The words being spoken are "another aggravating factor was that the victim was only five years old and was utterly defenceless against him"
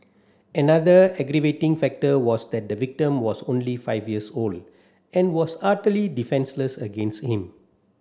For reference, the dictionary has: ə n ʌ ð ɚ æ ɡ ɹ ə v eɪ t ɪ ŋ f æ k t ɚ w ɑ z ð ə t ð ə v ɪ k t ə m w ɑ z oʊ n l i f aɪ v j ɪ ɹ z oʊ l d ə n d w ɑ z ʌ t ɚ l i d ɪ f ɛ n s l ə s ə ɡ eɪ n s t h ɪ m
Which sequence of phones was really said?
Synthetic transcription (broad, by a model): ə n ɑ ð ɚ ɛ ɡ ɹ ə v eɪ t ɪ ŋ f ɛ k t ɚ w ɑ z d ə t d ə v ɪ k t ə m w ɑ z oʊ n l i f aɪ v j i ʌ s oʊ l d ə n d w ɑ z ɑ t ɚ l i d ɪ f ɛ n s l ə s ə ɡ eɪ n s t h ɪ m